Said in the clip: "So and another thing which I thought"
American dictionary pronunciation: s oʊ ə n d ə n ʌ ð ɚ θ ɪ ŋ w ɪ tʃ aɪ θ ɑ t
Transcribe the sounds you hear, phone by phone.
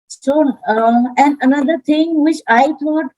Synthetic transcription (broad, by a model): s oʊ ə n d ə n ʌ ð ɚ t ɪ ŋ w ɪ tʃ aɪ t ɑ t